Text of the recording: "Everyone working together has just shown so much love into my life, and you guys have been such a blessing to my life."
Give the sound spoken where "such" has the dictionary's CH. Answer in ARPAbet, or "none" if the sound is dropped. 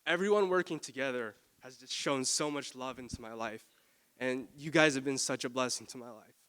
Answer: CH